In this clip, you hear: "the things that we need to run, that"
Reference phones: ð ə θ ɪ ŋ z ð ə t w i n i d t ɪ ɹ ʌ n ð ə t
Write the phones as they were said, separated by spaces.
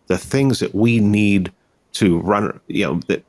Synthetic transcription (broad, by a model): ð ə θ ɪ ŋ z ð ə t w i n i d t ɪ ɹ ʌ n ð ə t